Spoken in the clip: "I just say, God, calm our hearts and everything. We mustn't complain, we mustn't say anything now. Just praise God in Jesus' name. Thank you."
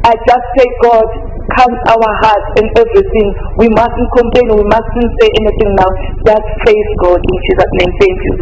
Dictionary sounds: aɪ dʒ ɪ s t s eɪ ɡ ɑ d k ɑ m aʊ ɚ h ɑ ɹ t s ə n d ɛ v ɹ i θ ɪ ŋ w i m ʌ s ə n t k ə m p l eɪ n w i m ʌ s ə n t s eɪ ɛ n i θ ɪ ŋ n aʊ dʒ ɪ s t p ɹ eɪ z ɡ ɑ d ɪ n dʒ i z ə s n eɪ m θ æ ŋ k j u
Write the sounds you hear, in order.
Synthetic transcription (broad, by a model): aɪ dʒ ɪ s t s eɪ ɡ ɑ d k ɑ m aʊ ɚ h ɑ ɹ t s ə n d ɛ v ɹ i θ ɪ ŋ w i m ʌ s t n k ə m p l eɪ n w i m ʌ s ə n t s eɪ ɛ n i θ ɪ ŋ n aʊ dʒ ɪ s t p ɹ eɪ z ɡ ɑ d ɪ n tʃ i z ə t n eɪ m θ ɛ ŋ k j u